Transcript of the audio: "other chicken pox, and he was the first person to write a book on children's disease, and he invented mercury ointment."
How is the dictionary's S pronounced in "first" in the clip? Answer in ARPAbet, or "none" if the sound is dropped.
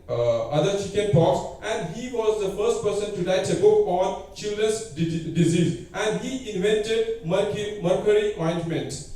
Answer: S